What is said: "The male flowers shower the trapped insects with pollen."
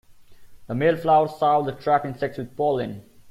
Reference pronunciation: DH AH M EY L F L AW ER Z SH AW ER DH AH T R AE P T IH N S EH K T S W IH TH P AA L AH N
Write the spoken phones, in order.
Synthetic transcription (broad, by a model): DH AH M EY L F L AW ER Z S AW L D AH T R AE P IH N S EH K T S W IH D P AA L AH N